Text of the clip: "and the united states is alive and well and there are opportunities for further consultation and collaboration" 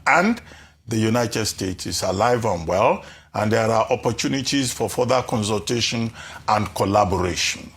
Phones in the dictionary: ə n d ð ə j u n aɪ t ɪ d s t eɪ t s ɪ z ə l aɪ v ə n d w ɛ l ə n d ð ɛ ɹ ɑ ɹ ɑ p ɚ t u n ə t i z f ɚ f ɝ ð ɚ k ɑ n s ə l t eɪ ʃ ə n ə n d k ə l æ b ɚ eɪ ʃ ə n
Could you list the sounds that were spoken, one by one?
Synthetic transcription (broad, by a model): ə n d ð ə j u n aɪ t ɪ d s t eɪ t s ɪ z ə l aɪ v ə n w ɛ l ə n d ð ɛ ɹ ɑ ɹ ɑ p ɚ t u n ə t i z f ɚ f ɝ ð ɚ k ɑ n s ə l t eɪ ʃ ə n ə n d k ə l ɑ b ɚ eɪ ʃ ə n